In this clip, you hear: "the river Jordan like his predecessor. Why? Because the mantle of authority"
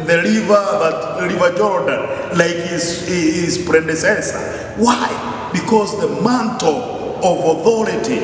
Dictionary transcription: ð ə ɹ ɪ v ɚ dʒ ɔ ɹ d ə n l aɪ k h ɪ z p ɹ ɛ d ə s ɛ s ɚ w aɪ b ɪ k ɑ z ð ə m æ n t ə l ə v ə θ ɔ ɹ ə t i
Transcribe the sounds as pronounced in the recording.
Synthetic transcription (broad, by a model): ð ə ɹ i v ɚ dʒ ɔ ɹ d ə n l aɪ k h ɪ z p ɹ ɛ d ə s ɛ s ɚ w aɪ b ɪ k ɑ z ð ə m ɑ n t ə l ə v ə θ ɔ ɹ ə t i